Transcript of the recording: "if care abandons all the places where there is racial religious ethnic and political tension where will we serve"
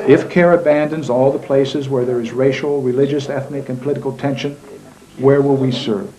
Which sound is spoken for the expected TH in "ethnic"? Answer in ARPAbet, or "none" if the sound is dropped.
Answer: TH